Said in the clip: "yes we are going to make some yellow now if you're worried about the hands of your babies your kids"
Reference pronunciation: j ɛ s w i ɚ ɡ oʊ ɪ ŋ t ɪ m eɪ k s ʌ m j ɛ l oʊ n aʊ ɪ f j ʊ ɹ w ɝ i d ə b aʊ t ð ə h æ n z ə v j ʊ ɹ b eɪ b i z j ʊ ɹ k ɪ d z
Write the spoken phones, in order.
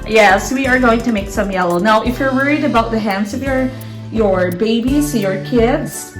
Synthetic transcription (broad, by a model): j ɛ s w i ɚ ɡ oʊ ɪ ŋ t ɪ m eɪ k s ʌ m j ɛ l oʊ n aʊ ɪ f j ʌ ɹ w ɝ i d ə b aʊ t ð ə h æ n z ə v j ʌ ɹ b eɪ b i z j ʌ ɹ k ɪ d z